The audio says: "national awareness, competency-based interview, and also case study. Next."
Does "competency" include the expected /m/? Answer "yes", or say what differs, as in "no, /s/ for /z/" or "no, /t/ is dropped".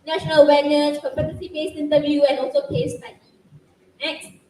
no, /m/ is dropped